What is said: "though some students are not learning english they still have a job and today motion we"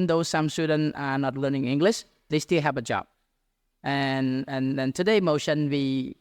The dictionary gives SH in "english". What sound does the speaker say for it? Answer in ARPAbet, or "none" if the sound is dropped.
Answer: SH